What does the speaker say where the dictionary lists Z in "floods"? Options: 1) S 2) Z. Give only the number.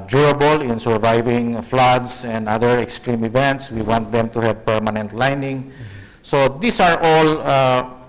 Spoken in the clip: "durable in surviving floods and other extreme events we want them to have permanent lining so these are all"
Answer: 1